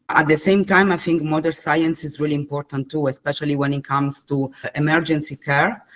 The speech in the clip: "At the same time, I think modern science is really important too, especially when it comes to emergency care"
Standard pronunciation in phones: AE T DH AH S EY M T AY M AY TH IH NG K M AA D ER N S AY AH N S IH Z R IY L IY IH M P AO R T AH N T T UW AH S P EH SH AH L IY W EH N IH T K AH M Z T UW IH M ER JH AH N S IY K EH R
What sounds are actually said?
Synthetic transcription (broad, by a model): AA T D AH S EY M T AY M AY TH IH NG K M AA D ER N S AY AH N S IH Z R IY L IY M P AO R T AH N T T UW AH S P EH SH AH L IY W EH N IH T K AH M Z T UW IH M ER JH AH N S IY K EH R